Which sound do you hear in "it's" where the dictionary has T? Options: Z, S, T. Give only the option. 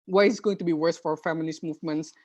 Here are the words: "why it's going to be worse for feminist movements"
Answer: S